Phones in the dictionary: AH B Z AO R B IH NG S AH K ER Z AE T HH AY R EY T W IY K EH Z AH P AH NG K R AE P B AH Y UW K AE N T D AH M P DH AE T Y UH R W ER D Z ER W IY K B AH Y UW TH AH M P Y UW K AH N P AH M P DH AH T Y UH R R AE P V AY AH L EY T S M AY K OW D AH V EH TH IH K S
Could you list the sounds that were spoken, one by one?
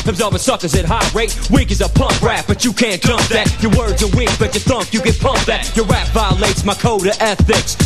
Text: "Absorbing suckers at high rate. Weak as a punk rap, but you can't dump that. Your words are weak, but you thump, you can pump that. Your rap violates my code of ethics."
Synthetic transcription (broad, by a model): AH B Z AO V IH S AH K ER Z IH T HH AY R EY T W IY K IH Z AH P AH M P R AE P B AH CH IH K AE N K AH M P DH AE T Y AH R W ER D Z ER W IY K B AH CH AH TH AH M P Y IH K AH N P AH M P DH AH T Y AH R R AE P V AY AH L EY T S M AY K OW D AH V EH TH IH K S